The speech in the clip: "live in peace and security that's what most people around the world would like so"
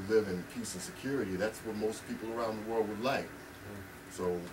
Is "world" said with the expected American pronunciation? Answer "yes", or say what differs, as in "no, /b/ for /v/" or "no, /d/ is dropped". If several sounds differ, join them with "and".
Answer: yes